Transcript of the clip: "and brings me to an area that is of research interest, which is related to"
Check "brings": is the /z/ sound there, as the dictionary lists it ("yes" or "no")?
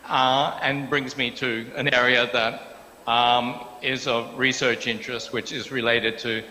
yes